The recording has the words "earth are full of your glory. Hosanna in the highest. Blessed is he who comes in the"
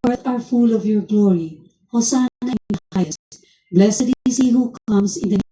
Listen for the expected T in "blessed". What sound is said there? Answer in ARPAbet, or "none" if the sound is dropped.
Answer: none